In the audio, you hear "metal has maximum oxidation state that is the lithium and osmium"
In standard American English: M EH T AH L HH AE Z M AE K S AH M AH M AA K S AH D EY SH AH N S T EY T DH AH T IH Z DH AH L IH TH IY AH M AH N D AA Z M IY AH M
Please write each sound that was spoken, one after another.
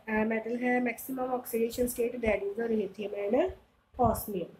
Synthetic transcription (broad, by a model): M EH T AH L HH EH M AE K S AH M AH M AA K S AH D EY SH AH N S T EY T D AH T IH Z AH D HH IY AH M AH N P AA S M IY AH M